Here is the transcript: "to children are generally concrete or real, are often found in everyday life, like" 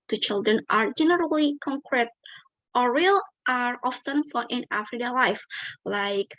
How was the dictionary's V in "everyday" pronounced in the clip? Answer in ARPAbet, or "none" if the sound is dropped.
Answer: F